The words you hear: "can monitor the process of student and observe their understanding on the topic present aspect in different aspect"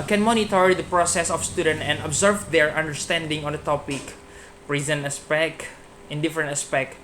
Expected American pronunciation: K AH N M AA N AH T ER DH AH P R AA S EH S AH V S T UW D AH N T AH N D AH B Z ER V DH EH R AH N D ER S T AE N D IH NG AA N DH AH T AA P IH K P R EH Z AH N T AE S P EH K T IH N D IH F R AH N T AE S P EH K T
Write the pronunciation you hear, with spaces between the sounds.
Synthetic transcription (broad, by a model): K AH N M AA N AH T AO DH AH P R AA S EH S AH F S T UW D AH N T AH N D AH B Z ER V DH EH R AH N D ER S T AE N D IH NG AA N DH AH T AA P IH K P R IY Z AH N AE S P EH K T IH N D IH F R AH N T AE S P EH K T